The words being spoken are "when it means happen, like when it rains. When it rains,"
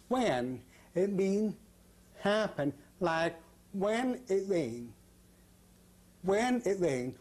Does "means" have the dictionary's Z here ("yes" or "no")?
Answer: no